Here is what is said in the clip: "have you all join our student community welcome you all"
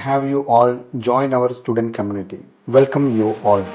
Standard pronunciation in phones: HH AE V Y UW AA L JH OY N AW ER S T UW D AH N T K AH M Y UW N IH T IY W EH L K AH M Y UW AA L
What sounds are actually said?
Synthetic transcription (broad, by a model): HH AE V Y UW AA L JH OY N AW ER S T UW D AH N T K AH M Y UW N IH T IY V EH L K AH M Y UW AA L